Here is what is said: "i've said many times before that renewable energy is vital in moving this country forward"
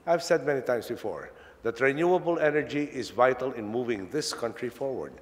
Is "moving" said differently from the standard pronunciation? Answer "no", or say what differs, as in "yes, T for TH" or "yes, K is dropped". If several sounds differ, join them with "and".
no